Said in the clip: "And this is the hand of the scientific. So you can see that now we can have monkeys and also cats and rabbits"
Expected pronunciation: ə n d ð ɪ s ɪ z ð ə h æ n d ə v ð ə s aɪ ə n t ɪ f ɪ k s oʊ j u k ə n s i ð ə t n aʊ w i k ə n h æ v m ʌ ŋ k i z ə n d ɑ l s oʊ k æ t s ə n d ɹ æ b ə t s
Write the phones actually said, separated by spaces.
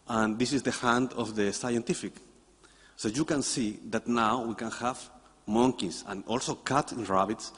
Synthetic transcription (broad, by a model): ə n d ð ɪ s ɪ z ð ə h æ n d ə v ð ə s aɪ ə n t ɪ f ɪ k s oʊ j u k ə n s i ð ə t n aʊ w i k ə n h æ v m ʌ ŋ k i s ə n ɑ l s oʊ k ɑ t ə n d ɹ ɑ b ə t s